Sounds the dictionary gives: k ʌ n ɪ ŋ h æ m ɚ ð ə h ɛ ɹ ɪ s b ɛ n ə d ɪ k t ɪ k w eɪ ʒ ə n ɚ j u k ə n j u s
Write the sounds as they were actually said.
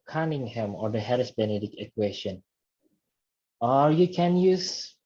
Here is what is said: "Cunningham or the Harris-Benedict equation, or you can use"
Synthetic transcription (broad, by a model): k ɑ n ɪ ŋ h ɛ m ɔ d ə h ɛ ɹ ɪ s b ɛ n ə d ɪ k ɪ k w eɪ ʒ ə n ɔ j u k ə n j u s